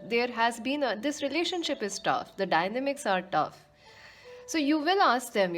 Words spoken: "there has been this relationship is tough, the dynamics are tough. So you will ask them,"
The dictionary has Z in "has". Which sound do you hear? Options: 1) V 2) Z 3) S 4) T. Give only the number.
2